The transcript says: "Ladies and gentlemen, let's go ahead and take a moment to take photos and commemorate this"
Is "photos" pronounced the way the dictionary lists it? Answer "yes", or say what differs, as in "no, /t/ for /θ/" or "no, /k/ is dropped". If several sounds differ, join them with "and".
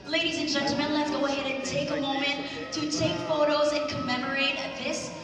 yes